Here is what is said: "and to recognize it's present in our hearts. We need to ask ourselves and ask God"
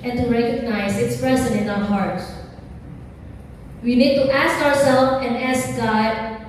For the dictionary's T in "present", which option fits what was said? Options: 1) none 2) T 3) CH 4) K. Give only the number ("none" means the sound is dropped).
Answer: 1